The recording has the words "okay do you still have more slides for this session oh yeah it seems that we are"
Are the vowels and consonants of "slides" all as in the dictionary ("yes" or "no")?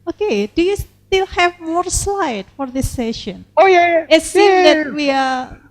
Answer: no